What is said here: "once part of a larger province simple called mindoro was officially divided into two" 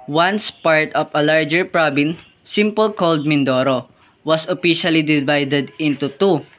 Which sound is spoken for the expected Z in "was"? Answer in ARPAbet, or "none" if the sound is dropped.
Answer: S